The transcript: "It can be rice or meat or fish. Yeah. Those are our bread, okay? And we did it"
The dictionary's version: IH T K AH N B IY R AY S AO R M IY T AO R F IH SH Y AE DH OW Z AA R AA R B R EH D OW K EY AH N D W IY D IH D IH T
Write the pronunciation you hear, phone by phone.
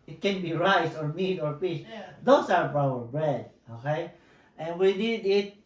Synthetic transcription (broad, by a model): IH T K AH N B IY R AY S AO R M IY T AO R P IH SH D OW S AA R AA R B R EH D OW K EY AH N W IY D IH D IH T